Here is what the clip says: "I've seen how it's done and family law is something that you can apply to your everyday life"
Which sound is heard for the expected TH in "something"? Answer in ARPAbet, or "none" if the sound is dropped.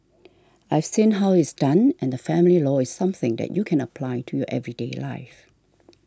TH